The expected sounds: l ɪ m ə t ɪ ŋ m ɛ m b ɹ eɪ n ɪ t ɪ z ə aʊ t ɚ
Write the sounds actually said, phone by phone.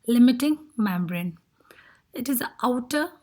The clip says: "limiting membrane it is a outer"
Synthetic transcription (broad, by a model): l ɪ m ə t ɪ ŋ m ɛ m b ɹ eɪ n ɪ t ɪ z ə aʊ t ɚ